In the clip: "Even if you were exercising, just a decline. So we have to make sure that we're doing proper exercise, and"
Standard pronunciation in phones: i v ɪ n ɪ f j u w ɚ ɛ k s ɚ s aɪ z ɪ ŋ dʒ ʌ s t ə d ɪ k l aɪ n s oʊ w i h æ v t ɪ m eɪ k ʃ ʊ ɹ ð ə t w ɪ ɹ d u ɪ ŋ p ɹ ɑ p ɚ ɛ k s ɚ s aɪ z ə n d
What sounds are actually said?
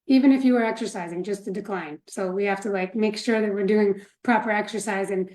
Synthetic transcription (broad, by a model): i v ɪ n ɪ f j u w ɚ ɛ k s ɚ s aɪ z ɪ ŋ dʒ ʌ s t ə d ɪ k l aɪ n s oʊ w i h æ f t ɪ m eɪ k ʃ ʊ ɹ ð ə t w ɪ ɹ d u ɪ ŋ p ɹ ɑ p ɚ ɛ k s ɚ s aɪ z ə n